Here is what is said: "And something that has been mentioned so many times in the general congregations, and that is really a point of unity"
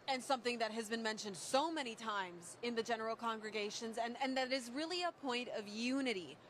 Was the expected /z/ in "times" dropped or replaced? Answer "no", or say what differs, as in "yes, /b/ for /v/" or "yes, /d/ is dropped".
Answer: no